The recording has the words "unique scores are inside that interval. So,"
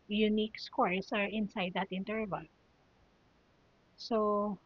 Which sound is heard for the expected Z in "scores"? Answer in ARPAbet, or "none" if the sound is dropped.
S